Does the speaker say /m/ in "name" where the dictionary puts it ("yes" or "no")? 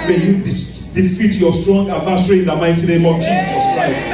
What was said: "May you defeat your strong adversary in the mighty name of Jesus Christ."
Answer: yes